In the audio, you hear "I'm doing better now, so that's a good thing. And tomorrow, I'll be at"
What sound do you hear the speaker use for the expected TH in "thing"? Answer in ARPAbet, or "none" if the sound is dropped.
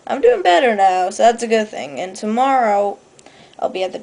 TH